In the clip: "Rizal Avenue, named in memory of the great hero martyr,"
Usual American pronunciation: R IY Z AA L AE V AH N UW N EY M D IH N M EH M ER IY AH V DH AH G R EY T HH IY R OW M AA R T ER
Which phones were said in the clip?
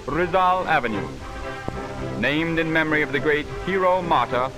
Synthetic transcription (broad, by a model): R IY Z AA L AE V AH N UW N EY M D IH N M EH M ER IY AH V DH AH G R EY T HH IY R OW M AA R T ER